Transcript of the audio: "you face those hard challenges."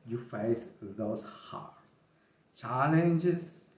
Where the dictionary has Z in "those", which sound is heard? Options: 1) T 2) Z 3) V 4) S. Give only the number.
4